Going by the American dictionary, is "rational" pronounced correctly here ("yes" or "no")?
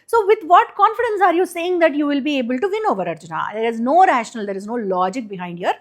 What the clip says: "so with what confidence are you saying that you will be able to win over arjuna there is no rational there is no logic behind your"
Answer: yes